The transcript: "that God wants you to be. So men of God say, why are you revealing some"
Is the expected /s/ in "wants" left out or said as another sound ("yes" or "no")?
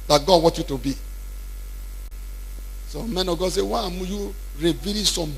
yes